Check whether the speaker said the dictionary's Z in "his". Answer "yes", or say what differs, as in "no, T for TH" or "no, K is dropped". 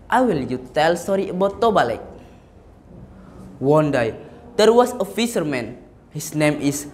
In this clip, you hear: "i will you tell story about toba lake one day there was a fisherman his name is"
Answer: no, S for Z